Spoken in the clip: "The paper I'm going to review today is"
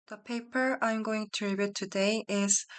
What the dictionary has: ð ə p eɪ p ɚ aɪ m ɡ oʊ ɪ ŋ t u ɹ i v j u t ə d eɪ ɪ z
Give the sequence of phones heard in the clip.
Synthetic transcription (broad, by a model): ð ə p eɪ p ɚ aɪ m ɡ oʊ ɪ ŋ t u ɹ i b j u t ə d eɪ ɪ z